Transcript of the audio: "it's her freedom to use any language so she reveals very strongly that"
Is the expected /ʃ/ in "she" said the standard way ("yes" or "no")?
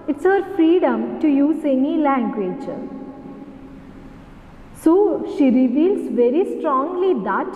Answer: yes